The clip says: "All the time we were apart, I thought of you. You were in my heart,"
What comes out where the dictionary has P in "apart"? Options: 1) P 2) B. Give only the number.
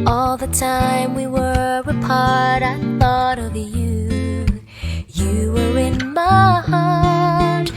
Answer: 1